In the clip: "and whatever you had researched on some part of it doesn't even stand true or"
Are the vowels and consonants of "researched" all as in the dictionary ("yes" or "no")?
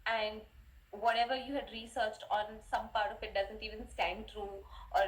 yes